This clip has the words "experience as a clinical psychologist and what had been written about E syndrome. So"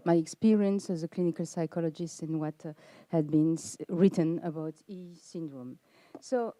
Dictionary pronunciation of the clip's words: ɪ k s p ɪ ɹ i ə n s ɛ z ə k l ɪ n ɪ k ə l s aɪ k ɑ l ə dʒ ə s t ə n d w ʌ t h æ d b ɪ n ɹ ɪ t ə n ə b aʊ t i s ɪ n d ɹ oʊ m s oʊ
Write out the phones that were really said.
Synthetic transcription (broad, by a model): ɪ k s p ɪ ɹ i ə n s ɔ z ə k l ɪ n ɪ k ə l s aɪ k ɑ l ə dʒ ə s t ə n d w ʌ t h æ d b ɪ n ɹ ɪ t ə n ə b aʊ t i s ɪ n d ɹ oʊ m s oʊ